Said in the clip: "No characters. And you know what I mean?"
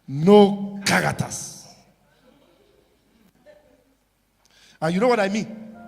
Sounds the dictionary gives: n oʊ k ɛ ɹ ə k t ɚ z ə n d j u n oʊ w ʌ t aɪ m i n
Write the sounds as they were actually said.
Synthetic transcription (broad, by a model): n oʊ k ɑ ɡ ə t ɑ s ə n j u n oʊ w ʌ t aɪ m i n